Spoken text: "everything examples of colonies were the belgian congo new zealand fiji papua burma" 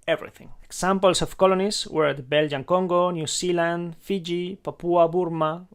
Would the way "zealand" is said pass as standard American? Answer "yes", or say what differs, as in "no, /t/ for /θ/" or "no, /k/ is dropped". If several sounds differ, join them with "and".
no, /s/ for /z/